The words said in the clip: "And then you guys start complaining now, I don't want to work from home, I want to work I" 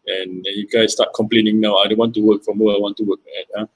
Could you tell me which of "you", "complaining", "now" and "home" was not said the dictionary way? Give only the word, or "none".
home